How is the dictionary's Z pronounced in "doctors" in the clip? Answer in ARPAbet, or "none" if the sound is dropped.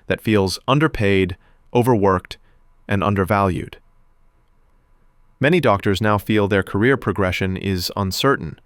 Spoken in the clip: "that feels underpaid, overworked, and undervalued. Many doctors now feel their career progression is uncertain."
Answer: Z